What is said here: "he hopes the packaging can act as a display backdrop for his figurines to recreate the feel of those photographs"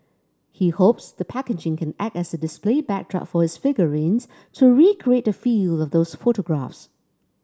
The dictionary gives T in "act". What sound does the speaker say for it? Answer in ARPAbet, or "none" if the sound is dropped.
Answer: T